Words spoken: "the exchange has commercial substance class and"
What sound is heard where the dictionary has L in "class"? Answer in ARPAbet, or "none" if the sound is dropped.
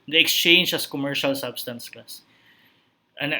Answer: none